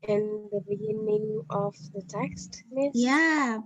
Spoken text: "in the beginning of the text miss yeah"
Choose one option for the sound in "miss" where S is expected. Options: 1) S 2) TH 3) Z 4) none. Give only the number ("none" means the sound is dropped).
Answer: 4